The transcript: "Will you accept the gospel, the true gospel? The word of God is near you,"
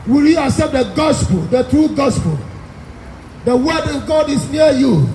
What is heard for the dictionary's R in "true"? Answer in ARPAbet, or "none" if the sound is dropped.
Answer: R